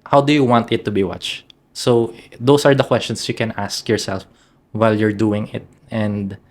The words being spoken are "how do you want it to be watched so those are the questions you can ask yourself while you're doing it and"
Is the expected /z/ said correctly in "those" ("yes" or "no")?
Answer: no